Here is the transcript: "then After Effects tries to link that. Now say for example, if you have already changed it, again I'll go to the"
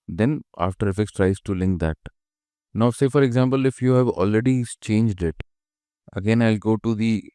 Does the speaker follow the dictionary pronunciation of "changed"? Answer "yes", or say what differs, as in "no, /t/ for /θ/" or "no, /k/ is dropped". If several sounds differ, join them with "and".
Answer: yes